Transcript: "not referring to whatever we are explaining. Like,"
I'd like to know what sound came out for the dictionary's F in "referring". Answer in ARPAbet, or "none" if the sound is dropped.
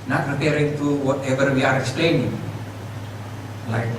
P